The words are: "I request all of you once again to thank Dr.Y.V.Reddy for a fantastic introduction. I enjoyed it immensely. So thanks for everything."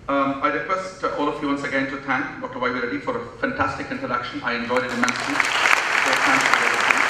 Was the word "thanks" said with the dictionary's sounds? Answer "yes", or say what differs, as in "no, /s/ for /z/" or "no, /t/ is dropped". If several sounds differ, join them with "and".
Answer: no, /t/ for /θ/